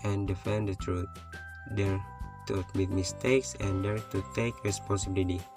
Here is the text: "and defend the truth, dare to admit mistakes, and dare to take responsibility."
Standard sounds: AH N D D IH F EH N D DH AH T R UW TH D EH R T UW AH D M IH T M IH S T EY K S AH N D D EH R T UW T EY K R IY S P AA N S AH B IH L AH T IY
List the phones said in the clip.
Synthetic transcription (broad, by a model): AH N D D IH F EH N D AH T R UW T D EH R T UW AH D M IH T M IH S T EY K S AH N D D EH R T UW T EY K R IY S P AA N S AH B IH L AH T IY